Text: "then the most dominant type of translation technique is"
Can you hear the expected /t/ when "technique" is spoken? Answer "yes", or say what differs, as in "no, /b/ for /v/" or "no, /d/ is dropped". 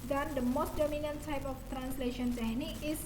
no, /s/ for /t/